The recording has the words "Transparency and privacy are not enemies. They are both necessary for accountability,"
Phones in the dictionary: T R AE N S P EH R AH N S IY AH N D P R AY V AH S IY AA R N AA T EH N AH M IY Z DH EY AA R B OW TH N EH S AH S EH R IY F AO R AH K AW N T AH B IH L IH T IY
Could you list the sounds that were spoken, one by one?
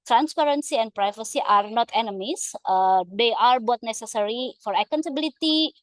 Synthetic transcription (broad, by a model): T R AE N S P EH R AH N S IY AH N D P R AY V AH S IY AA R N AA T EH N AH M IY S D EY AA R B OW T N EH S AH S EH R IY F AO R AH K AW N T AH B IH L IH T IY